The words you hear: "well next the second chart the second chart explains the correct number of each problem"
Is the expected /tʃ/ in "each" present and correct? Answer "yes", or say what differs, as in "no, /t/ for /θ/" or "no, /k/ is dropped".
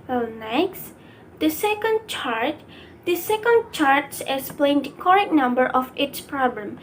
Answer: no, /s/ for /tʃ/